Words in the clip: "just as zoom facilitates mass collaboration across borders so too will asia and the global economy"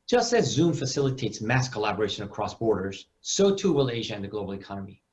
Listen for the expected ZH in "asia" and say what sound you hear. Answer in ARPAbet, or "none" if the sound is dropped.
ZH